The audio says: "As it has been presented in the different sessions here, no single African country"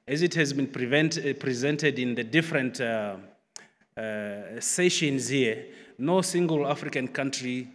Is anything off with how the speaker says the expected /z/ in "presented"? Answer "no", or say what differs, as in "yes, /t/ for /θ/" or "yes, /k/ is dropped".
no